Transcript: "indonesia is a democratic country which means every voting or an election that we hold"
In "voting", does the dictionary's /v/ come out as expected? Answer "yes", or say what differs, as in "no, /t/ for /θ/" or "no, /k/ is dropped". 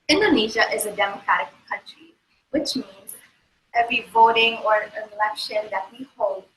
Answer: yes